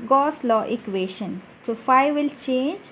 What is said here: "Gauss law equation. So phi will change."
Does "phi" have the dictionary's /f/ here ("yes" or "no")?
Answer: yes